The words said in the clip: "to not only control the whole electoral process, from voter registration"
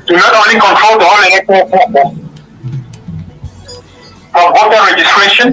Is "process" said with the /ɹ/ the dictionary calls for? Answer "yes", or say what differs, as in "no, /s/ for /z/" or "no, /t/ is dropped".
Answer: no, /ɹ/ is dropped